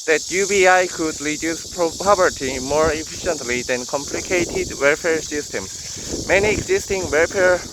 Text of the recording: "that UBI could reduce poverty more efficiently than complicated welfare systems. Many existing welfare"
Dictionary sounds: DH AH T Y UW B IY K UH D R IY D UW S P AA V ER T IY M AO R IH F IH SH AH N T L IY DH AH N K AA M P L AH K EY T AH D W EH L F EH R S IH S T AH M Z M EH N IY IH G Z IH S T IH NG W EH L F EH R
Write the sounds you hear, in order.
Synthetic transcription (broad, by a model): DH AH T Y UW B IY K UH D R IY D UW S P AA P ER T IY M AO R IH F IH SH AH N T L IY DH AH N K AA M P L AH K EY T AH D W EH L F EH R S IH S T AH M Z M EH N IY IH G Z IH S T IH NG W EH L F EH R